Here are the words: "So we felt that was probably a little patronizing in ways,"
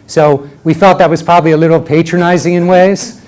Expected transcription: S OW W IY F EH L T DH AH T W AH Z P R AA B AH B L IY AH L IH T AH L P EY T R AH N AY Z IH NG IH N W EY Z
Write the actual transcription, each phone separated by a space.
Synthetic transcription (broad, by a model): S OW W IY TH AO T DH AH T W AH Z P R AA B AH B L IY AH L IH T L P EY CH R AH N AY Z IH NG IH N W EY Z